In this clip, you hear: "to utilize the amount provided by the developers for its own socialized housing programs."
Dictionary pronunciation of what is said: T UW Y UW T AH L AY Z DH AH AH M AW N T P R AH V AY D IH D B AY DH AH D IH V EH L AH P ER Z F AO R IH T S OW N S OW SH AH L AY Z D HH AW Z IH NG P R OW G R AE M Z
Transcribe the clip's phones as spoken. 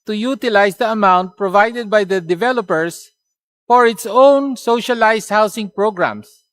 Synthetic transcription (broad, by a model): T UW Y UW T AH L AY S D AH AH M AW N T P R AH V AY D IH D B AY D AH D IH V EH L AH P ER S F AO R IH T S OW N S OW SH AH L AY S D HH AW S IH NG P R OW G R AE M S